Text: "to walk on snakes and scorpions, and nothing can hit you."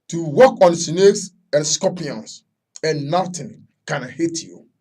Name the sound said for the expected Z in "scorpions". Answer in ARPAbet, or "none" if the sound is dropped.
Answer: S